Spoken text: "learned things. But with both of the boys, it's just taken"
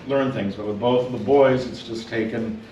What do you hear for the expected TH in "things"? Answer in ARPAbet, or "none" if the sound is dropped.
TH